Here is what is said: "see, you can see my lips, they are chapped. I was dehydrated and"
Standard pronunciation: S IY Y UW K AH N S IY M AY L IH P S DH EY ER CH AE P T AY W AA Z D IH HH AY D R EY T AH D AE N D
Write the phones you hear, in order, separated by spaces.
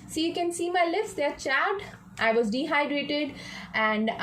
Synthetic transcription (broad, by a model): S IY Y UW K AH N S IY M AY L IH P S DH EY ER CH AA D T AY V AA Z D IH HH AY D R EY T AH D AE N D